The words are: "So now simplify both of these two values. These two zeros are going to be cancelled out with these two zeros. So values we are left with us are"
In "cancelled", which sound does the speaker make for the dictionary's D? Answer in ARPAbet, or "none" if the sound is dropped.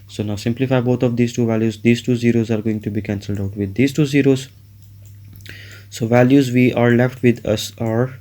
D